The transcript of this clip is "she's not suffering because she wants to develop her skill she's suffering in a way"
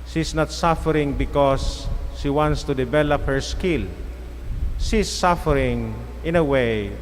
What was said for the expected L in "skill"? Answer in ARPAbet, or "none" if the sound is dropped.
L